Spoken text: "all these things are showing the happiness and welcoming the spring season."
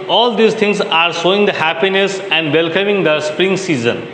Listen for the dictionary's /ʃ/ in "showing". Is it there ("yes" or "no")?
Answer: no